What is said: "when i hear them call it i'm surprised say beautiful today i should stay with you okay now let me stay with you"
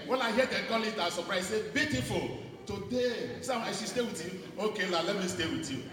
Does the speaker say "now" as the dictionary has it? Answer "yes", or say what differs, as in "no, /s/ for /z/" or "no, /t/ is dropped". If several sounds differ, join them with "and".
no, /l/ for /n/